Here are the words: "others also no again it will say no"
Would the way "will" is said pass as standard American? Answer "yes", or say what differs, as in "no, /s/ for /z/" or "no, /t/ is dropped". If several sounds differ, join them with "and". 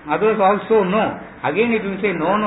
no, /n/ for /l/